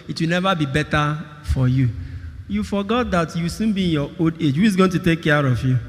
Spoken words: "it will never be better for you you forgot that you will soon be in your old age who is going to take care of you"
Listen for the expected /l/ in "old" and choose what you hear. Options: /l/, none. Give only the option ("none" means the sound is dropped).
none